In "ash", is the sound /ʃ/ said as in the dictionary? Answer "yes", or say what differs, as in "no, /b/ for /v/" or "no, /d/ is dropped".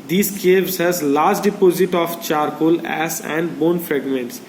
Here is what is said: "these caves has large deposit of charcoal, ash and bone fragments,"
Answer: no, /s/ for /ʃ/